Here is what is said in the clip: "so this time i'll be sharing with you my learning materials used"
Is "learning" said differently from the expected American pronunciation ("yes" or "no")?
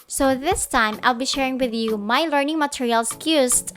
no